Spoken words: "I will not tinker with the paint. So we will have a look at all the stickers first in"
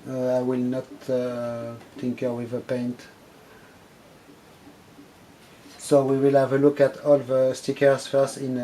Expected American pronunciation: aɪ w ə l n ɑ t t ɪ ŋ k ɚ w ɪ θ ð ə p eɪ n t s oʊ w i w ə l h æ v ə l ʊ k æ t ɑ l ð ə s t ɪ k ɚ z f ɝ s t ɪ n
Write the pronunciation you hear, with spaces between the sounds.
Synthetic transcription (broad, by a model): aɪ w ə l n ɑ t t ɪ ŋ k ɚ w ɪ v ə p eɪ n t s oʊ w i w ə l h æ v ə l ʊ k æ t ɑ l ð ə s t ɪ k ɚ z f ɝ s ɪ n